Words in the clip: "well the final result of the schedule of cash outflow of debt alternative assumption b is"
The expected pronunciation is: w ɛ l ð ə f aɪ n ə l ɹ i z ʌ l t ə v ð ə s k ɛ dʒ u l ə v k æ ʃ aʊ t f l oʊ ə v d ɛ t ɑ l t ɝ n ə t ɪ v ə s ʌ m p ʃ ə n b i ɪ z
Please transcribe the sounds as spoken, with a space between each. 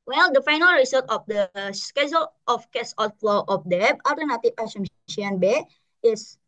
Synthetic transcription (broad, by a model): w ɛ l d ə f aɪ n ə l ɹ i s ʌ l t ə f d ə s k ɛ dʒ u l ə f k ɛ s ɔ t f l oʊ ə f d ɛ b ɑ l t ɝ n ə t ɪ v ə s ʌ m ʃ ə n b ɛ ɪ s